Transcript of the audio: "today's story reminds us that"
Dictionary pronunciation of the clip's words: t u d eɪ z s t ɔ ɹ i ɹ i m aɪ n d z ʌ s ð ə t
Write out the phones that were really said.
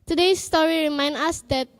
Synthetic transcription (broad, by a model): t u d eɪ s t ɔ ɹ i ɹ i m aɪ n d ɑ s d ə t